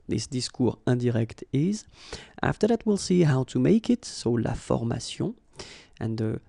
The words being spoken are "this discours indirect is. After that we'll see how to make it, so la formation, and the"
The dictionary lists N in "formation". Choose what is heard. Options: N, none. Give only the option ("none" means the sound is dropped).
none